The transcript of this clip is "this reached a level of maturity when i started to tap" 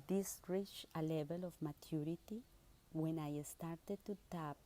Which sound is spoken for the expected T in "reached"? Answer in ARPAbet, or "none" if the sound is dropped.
none